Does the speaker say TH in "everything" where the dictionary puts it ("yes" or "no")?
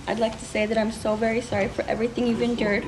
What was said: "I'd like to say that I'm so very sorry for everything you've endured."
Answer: yes